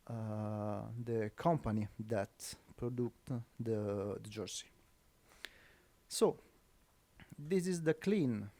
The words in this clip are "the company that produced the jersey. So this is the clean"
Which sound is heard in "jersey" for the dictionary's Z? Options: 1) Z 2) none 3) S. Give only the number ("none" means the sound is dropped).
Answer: 3